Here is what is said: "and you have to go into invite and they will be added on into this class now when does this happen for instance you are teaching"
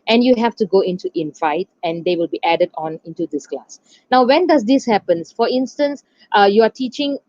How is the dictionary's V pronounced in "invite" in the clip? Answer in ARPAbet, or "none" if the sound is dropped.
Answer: F